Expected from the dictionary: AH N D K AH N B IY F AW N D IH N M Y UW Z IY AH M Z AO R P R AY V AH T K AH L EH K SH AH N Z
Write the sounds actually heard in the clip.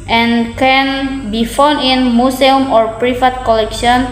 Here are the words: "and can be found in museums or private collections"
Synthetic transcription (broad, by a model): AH N K AH N B IY F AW N IH N M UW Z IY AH M AO R P R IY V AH T K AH L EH K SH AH N